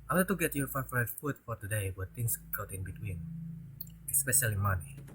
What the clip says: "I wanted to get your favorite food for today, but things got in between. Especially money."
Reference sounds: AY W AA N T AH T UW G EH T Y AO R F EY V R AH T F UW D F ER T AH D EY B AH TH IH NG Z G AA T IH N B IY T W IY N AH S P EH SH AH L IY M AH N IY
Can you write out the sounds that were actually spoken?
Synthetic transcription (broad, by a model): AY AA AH T UW G EH T Y AO R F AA F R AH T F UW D F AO T AH D EY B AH T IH NG S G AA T IH N B IY T W IY N AH S P EH SH AH L IY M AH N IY